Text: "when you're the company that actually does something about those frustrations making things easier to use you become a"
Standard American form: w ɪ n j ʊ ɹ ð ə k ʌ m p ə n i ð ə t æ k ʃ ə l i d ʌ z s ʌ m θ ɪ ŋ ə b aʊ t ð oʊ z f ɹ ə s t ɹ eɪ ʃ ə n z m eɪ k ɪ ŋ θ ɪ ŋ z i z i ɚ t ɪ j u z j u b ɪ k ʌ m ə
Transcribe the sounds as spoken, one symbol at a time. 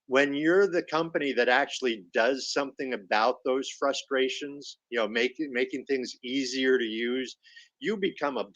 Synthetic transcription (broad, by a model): w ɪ n j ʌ ɹ ð ə k ʌ m p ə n i ð ə t æ k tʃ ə l i d ʌ z s ʌ m θ ɪ ŋ ə b aʊ t ð oʊ z f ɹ ə s t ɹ eɪ ʃ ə n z m eɪ k ɪ ŋ θ ɪ ŋ z i z i ɚ t ɪ j u z j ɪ b ɪ k ʌ m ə